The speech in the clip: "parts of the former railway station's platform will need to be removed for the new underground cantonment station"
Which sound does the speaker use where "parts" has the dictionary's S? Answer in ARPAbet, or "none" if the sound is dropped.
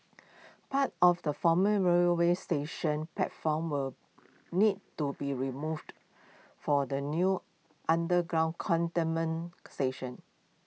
none